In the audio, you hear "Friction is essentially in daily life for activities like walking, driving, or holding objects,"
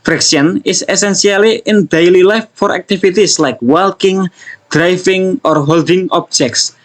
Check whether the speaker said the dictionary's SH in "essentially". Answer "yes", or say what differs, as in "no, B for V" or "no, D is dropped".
no, S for SH